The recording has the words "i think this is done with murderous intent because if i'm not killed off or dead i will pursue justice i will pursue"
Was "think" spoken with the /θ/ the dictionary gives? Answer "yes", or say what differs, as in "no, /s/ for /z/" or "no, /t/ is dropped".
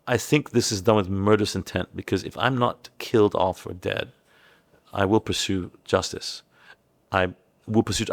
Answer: yes